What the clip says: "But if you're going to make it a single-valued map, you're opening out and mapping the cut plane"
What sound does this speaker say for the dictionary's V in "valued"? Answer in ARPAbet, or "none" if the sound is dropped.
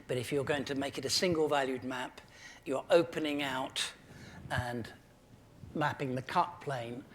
V